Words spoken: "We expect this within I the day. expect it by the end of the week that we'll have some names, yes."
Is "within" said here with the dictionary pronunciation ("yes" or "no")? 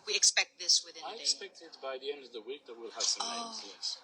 no